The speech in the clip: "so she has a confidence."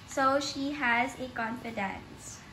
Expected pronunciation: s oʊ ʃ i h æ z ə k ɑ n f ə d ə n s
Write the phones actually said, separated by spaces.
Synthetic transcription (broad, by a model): s oʊ ʃ i h æ z ə k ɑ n f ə d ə n s